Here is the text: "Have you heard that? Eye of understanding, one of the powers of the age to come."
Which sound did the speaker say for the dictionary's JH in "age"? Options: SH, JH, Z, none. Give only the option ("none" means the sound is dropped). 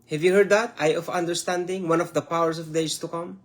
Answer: Z